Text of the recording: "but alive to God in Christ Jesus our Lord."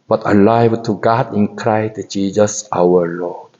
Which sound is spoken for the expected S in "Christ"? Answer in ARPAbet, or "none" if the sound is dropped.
none